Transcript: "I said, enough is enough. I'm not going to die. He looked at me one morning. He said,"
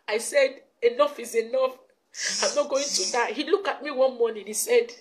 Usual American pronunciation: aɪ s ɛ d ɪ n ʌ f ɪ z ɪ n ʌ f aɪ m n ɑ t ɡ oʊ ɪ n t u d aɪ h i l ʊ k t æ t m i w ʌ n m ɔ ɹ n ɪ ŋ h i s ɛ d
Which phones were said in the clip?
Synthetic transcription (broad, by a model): aɪ s ɛ d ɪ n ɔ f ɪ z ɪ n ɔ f aɪ m n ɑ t ɡ oʊ ɪ n t u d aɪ h i l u k ɑ t m i w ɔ n m ɔ n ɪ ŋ h i s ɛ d